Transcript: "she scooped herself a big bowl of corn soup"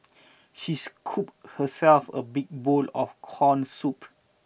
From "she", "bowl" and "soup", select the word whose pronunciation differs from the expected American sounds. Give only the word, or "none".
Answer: none